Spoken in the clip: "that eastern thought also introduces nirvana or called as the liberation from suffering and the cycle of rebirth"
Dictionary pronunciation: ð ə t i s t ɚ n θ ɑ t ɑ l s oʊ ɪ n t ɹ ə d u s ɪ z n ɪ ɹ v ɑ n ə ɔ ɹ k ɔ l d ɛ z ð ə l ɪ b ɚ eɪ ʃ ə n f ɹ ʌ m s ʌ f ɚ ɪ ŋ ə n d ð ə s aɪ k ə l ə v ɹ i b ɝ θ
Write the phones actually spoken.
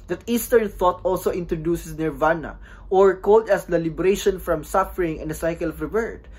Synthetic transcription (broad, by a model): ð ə t i s t ɚ n θ ɑ t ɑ l s oʊ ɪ n t ɹ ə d u s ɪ s n ɪ ɹ v ɑ n ə ɔ ɹ k ɔ l d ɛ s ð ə l ɪ b ɚ eɪ ʃ ə n f ɹ ʌ m s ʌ f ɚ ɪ ŋ ə n d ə s aɪ k ə l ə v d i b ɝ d